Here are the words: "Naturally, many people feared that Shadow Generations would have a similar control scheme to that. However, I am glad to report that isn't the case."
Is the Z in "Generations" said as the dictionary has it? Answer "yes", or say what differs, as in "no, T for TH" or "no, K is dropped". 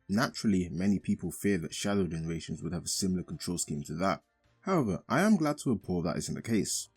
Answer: yes